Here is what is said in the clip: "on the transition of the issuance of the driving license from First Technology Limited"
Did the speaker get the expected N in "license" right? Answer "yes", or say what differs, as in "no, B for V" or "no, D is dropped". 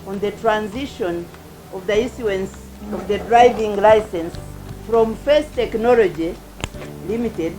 yes